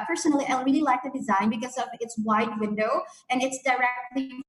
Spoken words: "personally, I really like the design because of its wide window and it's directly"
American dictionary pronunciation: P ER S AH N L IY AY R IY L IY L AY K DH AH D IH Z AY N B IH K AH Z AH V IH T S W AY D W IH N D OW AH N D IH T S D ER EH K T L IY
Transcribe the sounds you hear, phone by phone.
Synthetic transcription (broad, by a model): P ER S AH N L IY AY R IY L IY L AY K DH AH D IH Z AY N B IH K AH Z AH V IH T S W AY D W IH N D OW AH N IH T S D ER EH K T L IY